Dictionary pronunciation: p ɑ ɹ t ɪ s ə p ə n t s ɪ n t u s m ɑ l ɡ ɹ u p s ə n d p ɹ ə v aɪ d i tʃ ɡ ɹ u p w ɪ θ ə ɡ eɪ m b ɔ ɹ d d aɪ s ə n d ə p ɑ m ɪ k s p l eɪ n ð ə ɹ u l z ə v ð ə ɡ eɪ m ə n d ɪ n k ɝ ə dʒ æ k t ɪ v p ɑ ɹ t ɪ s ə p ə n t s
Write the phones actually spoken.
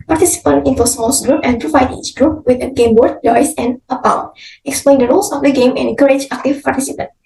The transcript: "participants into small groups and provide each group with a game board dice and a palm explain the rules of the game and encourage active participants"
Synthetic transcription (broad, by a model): p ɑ ɹ t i s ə p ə n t ɪ n t u s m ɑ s ɡ ɹ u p ə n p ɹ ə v aɪ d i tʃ ɡ ɹ u p w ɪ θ ə ɡ eɪ m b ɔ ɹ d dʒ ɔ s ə n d ə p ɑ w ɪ k s p l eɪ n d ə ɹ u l s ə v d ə ɡ eɪ m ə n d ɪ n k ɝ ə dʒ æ k t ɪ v p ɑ ɹ t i s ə p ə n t